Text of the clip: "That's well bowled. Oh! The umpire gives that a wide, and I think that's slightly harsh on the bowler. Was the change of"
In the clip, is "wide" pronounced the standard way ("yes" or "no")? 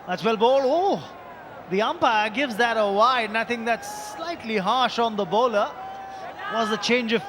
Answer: no